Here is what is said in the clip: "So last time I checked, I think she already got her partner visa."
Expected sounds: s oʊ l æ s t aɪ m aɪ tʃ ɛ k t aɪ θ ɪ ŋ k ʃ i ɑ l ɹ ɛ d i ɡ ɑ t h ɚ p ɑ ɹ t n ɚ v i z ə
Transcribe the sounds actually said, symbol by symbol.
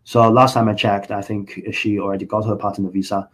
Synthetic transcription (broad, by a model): s oʊ l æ s t aɪ m aɪ tʃ ɛ k t aɪ θ ɪ ŋ k ʃ i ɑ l ɹ ɛ d i ɡ ɑ t h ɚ p ɑ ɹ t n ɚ v i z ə